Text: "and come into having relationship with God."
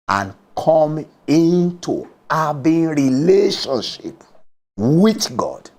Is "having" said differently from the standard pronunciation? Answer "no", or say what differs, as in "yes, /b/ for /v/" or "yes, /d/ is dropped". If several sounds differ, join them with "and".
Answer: yes, /b/ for /v/